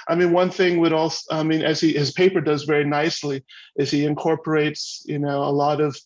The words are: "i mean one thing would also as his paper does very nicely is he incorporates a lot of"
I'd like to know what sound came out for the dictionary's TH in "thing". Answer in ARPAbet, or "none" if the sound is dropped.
TH